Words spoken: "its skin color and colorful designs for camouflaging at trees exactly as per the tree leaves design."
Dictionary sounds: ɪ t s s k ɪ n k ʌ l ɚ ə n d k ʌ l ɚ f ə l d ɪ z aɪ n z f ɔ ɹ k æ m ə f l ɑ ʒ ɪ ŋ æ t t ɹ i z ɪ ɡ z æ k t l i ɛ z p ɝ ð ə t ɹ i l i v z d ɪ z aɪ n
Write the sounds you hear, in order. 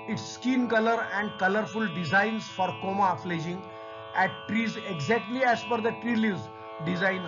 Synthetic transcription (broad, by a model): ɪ t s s k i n k ʌ l ɚ ə n d k ʌ l ɚ f ə l d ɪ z aɪ n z f ɔ ɹ k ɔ m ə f l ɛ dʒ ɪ ŋ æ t t ɹ i z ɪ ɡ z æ k t l i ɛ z f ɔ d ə t ɹ i l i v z d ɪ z aɪ n